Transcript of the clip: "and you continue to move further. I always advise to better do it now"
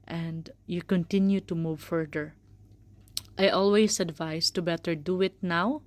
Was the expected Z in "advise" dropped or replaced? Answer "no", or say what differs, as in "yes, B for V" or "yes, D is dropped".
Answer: yes, S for Z